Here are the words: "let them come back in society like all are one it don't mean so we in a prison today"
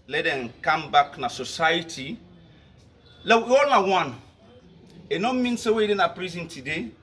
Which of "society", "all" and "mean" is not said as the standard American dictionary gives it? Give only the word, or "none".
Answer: all